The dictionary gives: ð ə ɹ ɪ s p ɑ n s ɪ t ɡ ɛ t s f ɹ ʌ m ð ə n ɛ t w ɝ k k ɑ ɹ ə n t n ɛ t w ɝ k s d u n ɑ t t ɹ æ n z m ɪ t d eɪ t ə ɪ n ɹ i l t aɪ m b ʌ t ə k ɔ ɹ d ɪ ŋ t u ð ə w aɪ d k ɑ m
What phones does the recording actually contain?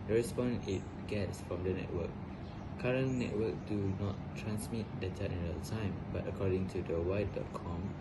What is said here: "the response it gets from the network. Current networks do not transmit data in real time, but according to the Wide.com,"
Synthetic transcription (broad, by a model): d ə ɹ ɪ s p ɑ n ɪ t ɡ ɛ t s f ɹ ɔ m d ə n ɛ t w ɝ k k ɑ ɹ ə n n ɛ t w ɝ k d u n ɑ t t ɹ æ n s m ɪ t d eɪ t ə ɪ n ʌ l t aɪ m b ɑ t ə k ɔ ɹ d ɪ ŋ t u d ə w aɪ d k ɑ m